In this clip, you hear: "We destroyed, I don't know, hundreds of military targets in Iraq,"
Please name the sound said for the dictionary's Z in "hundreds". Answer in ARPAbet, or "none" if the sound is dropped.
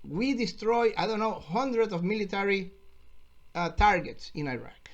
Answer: S